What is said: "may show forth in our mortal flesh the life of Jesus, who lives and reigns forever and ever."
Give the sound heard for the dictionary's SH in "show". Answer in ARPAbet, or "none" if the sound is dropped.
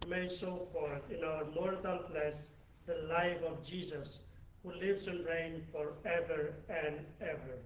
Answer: S